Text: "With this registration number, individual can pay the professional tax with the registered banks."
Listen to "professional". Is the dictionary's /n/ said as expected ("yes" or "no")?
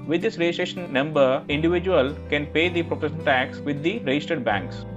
no